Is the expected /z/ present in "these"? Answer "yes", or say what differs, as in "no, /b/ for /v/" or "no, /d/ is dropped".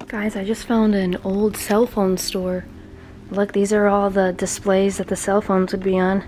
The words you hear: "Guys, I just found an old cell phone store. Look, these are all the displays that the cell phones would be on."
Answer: yes